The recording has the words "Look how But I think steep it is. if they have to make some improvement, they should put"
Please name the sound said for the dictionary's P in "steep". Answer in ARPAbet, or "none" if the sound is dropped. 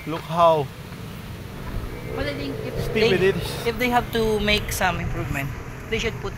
none